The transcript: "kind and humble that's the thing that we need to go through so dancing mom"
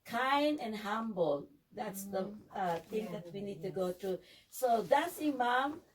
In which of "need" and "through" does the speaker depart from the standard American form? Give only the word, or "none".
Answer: through